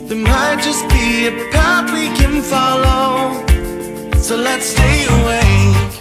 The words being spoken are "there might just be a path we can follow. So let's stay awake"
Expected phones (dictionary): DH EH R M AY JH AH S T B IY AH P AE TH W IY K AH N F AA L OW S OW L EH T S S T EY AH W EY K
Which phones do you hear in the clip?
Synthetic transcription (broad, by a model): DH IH M AY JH AH S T B IY AH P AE T W IY K AH N F AA L OW S OW L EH T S S T EY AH W EY